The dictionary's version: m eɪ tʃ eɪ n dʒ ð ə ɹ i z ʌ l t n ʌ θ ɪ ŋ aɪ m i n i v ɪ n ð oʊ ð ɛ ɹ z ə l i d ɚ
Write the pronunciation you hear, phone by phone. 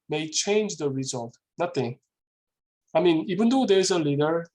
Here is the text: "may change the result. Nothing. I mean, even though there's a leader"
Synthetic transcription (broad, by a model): m eɪ tʃ eɪ n dʒ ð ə ɹ i z ʌ l t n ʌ t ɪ aɪ m i n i b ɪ n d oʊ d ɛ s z ə l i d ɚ